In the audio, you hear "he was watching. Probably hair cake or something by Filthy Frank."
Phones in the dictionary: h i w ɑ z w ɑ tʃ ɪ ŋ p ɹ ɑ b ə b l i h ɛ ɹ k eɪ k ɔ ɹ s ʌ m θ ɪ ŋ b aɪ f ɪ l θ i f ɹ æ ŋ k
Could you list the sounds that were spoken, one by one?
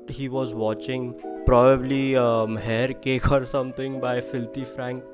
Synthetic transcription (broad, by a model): h i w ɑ z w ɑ tʃ ɪ ŋ p ɹ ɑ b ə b l i h ɛ ɹ k eɪ k ɔ ɹ s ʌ m t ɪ ŋ b aɪ f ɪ l t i f ɹ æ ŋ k